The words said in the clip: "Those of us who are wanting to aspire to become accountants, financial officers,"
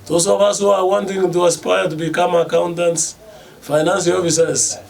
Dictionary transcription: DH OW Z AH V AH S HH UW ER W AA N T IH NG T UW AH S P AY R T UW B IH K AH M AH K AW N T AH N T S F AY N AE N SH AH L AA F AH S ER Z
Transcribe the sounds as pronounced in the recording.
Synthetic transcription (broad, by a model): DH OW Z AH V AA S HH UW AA W AA N T IH NG T UW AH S P AY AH T UW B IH K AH M AH K AW N T AH N T S F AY N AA N S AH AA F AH S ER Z